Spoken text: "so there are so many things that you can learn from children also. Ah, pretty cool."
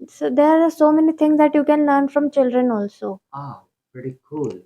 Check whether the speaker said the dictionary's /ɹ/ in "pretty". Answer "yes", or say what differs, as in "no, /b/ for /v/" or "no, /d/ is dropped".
no, /ɹ/ is dropped